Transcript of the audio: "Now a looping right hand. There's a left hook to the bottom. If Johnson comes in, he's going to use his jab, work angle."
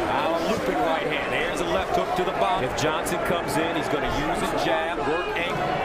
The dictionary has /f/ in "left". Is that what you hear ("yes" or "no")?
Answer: yes